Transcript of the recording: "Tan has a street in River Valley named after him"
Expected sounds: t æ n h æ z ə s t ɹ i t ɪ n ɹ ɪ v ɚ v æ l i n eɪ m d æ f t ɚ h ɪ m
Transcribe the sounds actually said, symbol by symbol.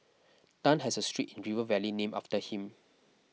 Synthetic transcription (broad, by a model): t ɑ n h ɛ s ə s t ɹ i t ɪ n ɹ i v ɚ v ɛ l i n eɪ m ɑ f t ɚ h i m